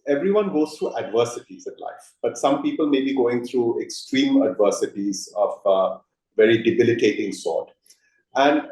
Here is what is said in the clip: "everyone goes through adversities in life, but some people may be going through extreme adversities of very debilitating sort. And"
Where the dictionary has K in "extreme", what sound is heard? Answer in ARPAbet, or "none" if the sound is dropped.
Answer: K